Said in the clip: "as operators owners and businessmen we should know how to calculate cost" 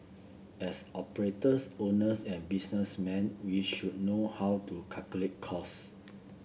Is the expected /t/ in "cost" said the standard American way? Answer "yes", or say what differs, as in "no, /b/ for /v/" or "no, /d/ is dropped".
no, /t/ is dropped